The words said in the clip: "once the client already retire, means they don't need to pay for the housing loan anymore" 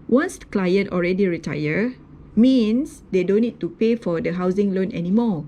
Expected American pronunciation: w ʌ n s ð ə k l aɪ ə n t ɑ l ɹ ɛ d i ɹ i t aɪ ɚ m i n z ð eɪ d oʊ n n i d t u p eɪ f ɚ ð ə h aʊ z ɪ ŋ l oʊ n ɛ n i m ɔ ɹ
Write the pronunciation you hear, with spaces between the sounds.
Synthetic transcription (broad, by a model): w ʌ n s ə k l aɪ ə n t ɑ l ɹ ɛ d i ɹ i t aɪ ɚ m i n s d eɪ d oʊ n n i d t u p eɪ f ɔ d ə h aʊ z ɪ ŋ l oʊ n ɛ n i m ɔ